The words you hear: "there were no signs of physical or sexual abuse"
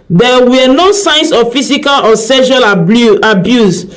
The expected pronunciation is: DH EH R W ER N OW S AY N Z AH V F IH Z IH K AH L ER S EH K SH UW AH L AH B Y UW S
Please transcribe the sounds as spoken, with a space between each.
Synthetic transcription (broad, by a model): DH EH W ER N OW S AY N S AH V F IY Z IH K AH L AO S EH SH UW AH L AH B Y UW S